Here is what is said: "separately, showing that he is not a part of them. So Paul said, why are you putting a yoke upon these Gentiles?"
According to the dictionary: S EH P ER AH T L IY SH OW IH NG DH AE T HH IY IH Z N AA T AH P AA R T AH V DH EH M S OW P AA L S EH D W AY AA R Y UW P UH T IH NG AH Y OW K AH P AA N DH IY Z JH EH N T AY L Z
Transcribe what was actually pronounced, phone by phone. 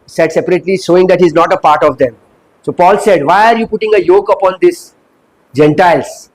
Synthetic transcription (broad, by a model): S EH P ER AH T L IY SH OW IH NG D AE T HH IY Z N AA T AH P AA R T AH V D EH M S OW P AA L S EH D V AY AA R Y UW P UH T IH NG AH Y OW K AH P AA N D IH S JH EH N T AY L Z